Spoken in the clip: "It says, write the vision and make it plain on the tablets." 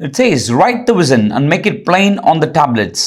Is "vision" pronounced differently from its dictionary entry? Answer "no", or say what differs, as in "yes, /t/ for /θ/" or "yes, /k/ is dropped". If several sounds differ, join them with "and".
yes, /z/ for /ʒ/